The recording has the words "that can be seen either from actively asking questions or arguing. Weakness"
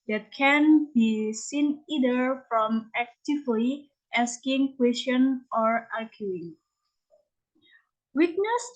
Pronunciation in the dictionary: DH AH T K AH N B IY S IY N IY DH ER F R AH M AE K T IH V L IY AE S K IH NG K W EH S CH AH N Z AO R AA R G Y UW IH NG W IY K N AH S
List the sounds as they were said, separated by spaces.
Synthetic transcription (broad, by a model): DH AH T K AH N B IY S IY N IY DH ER F R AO M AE K T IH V L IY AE S K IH NG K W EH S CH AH N AO R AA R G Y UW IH NG W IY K N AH S